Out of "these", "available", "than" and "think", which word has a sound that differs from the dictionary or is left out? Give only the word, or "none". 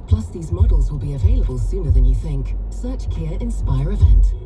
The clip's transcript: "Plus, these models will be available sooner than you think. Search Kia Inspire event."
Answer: none